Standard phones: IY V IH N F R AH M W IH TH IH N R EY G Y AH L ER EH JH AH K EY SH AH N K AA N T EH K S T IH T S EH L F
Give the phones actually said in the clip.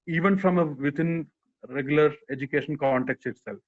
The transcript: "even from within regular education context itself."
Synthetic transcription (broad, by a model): IY V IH N F R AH M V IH T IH N R EY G Y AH L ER EH JH AH K EY SH AH N K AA N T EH K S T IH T S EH L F